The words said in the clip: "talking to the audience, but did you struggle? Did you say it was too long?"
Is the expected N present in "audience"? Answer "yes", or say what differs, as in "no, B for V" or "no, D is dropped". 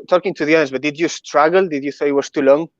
no, N is dropped